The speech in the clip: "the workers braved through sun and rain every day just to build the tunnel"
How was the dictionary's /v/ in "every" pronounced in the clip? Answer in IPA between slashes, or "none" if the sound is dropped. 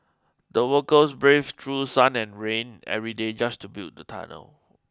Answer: /v/